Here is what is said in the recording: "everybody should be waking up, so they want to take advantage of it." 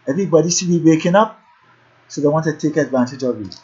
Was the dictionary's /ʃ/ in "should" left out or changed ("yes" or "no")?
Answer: yes